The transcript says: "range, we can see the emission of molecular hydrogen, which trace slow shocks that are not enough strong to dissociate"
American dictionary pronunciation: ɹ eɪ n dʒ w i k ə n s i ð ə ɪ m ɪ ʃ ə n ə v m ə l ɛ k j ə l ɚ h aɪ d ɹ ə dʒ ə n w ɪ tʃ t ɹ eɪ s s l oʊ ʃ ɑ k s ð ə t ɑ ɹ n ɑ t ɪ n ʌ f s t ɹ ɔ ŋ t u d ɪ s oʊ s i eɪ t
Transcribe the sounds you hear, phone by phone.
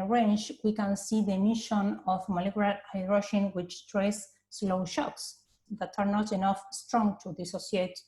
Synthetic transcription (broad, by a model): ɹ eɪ n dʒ w i k ə n s i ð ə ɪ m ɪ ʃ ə n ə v m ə l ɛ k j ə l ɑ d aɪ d ɹ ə ʃ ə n w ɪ tʃ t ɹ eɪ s s l oʊ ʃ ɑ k s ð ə t ɑ ɹ n ɑ t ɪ n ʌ f s t ɹ ɔ ŋ t u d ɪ s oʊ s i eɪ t